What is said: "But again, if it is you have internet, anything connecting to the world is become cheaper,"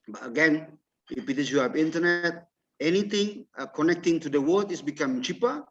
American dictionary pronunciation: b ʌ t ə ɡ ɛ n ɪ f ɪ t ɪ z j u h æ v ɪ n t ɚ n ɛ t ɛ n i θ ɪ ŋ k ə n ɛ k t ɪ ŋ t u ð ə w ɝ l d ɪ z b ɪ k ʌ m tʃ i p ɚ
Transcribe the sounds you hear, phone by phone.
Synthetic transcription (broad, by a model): b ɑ t ə ɡ ɛ n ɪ p ɪ t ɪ s j u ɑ p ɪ n t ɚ n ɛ t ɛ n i t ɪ ŋ k ə n ɛ k t ɪ ŋ t u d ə w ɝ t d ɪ s b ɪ k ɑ m tʃ i p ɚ